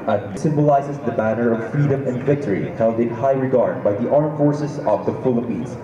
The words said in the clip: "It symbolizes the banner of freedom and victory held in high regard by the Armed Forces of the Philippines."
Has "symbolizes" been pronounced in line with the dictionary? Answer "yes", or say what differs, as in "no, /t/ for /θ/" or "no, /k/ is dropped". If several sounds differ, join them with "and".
yes